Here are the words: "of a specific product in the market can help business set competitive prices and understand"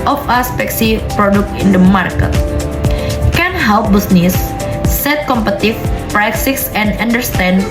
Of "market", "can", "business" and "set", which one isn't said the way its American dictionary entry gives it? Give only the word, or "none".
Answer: business